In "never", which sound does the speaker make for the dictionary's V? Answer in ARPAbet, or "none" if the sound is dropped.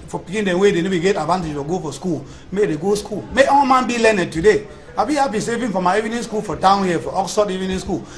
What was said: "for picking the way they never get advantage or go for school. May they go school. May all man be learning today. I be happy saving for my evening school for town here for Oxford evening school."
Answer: B